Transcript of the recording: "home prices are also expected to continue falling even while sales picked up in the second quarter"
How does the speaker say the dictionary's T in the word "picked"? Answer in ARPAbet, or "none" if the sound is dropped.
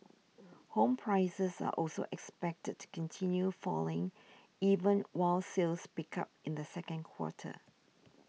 none